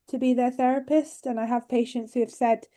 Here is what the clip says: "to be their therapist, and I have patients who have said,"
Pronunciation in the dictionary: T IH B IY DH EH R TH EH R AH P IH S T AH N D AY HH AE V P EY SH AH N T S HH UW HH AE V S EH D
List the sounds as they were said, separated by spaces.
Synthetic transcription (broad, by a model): T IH B IY DH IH TH EH R AH P IH S T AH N AY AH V P EY SH AH N T S HH UW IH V S EH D